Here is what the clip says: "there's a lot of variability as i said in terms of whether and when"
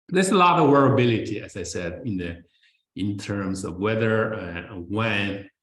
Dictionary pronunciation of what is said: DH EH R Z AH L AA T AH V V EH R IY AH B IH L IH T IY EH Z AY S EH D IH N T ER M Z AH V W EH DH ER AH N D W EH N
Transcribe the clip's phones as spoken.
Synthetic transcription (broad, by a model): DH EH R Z AH L AA T AH V W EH R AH B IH L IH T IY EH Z AY S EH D IH N T ER M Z AH V W EH DH ER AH W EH N